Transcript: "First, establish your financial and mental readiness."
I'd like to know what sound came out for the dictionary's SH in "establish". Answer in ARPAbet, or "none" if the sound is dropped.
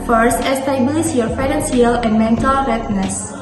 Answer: S